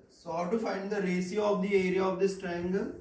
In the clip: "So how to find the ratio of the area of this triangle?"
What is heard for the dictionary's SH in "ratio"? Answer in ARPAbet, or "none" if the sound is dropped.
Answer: S